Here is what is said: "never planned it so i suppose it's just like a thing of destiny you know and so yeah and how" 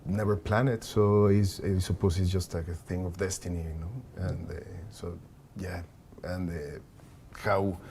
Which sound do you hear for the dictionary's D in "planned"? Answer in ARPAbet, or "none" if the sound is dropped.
none